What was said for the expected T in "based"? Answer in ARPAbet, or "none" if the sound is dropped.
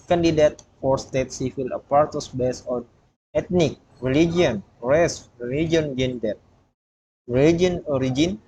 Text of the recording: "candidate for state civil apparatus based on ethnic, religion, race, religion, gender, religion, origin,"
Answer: none